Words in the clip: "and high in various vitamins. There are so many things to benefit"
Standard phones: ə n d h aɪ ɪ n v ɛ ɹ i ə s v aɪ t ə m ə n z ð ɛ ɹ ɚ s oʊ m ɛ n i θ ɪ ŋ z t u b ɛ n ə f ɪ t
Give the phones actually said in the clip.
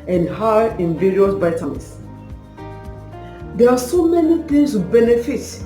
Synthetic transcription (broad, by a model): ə n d h aɪ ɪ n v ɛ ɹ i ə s b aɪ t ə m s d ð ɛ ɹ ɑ s oʊ m ɛ n i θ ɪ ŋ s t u b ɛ n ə f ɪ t